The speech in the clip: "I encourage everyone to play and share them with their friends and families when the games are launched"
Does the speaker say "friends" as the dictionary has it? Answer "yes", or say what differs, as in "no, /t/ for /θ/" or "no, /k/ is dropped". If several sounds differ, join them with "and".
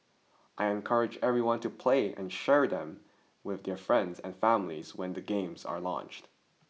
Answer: yes